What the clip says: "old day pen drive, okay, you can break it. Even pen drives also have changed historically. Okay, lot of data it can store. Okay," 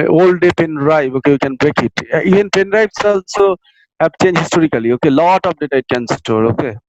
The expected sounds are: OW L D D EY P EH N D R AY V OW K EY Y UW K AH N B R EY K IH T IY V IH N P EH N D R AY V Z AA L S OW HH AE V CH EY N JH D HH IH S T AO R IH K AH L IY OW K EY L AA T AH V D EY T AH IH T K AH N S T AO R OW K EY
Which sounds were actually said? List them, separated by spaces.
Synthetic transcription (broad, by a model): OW L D D EY P EH N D R AY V OW K EY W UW K AH N B R EY K IH T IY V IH N P EH N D R AY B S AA L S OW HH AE P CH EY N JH HH IH S T AO R IH K AH L IY OW K EY L AA T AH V D EY T AH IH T K AH N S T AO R OW K EY